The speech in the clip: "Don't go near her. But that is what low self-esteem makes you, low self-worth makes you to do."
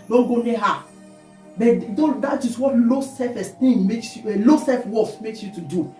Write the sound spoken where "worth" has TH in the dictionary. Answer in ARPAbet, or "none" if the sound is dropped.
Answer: S